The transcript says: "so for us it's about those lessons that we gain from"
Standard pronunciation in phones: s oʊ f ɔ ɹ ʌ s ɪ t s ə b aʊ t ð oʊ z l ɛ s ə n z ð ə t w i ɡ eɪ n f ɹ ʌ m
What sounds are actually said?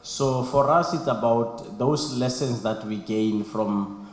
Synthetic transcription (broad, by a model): s oʊ f ɔ ɹ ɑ s ɪ t s ə b aʊ t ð oʊ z l ɛ s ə n s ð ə t w i ɡ eɪ n f ɹ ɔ m